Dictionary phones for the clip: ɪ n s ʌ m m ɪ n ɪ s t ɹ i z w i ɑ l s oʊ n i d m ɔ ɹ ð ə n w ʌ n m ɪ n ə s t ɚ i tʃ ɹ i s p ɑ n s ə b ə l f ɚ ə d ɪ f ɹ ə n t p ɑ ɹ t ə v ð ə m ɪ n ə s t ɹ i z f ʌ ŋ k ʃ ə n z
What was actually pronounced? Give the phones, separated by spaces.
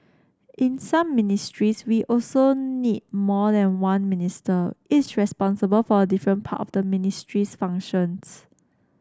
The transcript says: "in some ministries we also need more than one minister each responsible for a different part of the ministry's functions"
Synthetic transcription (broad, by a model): ɪ n s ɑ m m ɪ n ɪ s t ɹ i s w i ɑ l s oʊ n i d m ɔ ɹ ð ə n w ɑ n m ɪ n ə s t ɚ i s ɹ i s p ɑ n s ə b ə l f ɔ ə d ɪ f ɹ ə n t p ɑ t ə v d ə m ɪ n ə s t ɹ i s f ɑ ŋ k ʃ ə n s